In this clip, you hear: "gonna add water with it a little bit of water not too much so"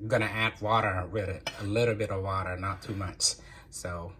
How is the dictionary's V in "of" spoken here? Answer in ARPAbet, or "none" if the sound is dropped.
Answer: V